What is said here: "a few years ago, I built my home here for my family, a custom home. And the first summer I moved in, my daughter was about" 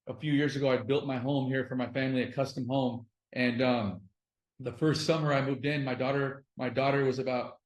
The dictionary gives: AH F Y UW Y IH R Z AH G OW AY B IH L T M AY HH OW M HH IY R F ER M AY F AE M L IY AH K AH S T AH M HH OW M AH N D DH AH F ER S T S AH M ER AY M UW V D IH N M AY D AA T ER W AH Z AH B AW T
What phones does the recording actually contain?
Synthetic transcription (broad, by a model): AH F Y UW Y IH R Z AH G OW AY B IH L T M AY HH OW M HH IY R F ER M AY F AE M L IY AH K AH S T AH M HH OW M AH N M DH AH F ER S T S AH M ER AY M UW V D IH N M AY D AA T ER W AH Z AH B AW T